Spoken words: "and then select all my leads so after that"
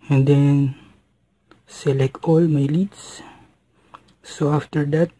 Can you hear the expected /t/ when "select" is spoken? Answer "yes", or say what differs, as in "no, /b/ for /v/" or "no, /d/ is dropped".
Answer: no, /t/ is dropped